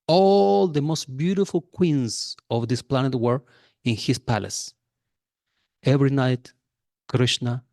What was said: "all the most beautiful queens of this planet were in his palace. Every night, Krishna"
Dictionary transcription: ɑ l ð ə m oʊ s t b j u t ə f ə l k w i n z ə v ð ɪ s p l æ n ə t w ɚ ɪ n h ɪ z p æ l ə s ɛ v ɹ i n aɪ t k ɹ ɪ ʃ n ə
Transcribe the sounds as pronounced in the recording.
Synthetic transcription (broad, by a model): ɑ l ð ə m oʊ s t b j u t ə f ə l k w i n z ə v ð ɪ s p l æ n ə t w ɚ ɪ n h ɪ s p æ l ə s ɛ v ɹ i n aɪ t k ɹ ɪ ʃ n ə